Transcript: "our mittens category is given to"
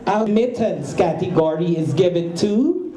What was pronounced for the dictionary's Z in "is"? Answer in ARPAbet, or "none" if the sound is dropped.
Z